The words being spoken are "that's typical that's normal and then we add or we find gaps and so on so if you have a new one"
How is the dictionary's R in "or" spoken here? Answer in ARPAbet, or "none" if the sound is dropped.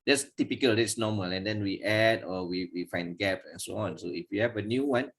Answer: W